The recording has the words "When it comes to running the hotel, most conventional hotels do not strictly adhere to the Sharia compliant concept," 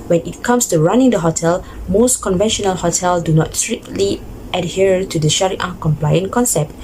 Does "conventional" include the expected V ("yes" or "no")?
yes